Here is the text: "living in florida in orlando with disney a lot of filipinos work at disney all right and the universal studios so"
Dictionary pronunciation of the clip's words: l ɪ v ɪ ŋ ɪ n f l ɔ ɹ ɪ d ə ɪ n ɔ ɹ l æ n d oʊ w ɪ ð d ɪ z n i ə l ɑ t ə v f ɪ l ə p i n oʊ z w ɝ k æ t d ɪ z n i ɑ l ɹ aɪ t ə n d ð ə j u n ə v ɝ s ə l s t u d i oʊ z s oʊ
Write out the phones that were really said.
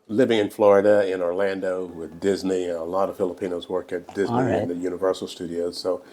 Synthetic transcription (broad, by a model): l ɪ v ɪ ŋ ɪ n f l ɔ ɹ ɪ d ə ɪ n ɔ ɹ l æ n d oʊ w ɪ ð d ɪ z n i ə l ɑ t ə v f ɪ l ə p i n oʊ z w ɝ k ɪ t d ɪ z n i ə n ð ə j u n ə v ɝ s l s t u d i oʊ z s oʊ